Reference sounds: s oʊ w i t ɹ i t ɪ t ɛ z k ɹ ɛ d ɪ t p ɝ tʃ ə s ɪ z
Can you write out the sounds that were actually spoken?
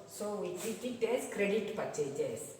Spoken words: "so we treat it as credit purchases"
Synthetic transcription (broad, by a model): s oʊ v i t i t ɪ t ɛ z k ɹ ɛ d ɪ t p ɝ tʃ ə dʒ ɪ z